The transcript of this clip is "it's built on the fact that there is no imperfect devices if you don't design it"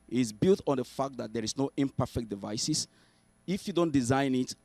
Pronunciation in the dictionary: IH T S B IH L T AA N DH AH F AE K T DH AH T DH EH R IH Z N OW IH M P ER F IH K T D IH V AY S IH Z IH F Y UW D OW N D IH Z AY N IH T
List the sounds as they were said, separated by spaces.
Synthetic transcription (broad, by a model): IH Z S B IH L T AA N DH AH F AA K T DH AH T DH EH R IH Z N OW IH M P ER F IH K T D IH V AY S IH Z IH F Y UW D OW N D IH Z AY N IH T